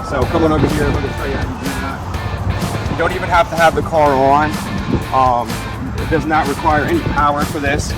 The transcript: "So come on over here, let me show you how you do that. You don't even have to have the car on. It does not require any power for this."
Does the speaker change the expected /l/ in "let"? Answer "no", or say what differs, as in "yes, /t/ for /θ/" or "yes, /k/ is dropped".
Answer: yes, /w/ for /l/